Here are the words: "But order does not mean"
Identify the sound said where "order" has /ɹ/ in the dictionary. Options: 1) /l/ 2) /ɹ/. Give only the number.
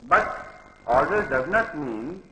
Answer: 1